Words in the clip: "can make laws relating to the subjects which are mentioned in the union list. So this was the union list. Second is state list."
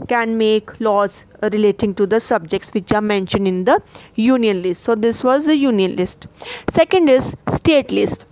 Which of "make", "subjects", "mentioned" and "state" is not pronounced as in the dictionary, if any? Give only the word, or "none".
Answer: none